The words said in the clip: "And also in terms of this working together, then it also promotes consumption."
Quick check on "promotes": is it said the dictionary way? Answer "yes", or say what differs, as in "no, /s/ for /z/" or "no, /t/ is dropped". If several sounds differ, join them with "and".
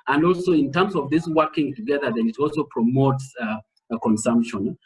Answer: yes